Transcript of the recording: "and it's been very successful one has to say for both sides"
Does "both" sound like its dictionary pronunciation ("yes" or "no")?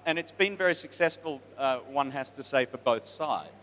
yes